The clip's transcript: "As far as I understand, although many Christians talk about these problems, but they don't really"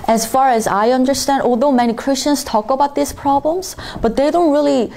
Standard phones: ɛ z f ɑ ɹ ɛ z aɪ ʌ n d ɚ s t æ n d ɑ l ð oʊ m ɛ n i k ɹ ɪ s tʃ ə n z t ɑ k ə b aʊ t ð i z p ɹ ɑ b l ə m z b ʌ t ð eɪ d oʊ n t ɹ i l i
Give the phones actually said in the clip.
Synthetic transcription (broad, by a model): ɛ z f ɑ ɹ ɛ z aɪ ʌ n d ɚ s t æ n d ɑ l ð oʊ m ɛ n i k ɹ ɪ s tʃ ə n z t ɑ k ə b aʊ t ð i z p ɹ ɑ b l ə m z b ʌ t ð eɪ d oʊ n t ɹ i l i